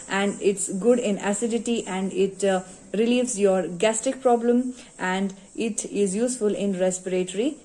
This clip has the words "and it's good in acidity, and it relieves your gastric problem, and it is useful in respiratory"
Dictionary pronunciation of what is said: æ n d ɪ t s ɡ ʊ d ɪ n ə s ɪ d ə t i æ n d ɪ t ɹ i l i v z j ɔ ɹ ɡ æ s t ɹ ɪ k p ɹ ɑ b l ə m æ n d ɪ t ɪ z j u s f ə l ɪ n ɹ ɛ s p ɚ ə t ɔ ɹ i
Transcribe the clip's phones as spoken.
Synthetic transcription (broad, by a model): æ n d ɪ t s ɡ ʊ d ɪ n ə s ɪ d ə t i æ n d ɪ t ɹ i l i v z j ɔ ɹ ɡ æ s t ɪ k p ɹ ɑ b l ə m æ n d ɪ t ɪ z j u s f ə l ɪ n ɹ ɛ s p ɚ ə t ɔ ɹ i